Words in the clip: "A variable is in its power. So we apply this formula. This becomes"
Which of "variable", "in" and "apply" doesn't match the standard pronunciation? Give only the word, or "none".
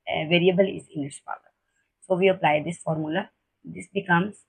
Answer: in